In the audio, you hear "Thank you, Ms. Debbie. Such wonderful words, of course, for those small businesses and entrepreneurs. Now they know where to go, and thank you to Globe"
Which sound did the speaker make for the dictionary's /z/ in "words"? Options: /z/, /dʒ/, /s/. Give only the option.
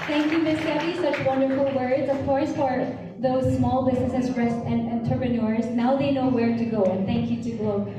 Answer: /z/